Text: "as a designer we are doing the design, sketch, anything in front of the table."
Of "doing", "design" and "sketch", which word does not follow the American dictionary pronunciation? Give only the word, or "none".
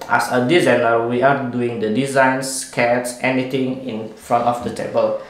sketch